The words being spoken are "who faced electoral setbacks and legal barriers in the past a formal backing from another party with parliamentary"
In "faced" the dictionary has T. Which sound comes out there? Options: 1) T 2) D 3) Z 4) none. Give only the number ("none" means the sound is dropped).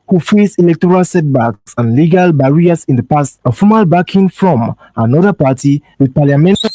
4